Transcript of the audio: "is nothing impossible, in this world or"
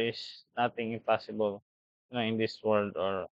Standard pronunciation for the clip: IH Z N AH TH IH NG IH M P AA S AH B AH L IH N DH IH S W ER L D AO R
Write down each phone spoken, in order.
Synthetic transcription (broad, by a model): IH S N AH T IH NG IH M P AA S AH B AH L IH N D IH S W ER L D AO R